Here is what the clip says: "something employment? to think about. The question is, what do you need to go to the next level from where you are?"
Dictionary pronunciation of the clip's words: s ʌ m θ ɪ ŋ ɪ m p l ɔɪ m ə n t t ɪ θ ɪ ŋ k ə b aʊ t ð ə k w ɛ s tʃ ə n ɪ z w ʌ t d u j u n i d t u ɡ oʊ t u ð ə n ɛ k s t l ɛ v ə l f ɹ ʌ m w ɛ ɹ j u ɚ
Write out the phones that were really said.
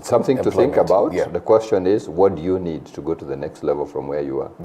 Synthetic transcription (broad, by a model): s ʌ m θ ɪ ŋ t t ɪ θ ɪ ŋ k ə b aʊ t ð ə k w ɛ s tʃ ə n ɪ z w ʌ t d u j u n i d t u ɡ oʊ t u ð ə n ɛ k s t l ɛ v ə l f ɹ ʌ m w ɛ ɹ j u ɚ